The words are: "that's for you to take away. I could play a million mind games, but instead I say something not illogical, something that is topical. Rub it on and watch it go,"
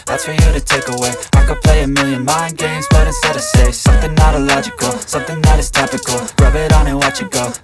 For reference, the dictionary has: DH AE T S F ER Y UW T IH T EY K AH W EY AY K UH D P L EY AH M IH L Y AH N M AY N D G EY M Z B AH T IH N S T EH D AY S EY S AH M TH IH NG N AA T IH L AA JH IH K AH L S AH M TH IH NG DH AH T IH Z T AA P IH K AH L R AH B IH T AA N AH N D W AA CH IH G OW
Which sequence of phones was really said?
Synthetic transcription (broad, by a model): DH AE T S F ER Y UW T IH T EY K AH W EY AY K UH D P L EY AH M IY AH N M AY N G EY M Z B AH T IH S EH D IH S EY S AH M TH IH NG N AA T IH L AA JH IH K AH L S AH M TH IH NG DH AH T IH Z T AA P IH K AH L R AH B IH T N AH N W AA CH IH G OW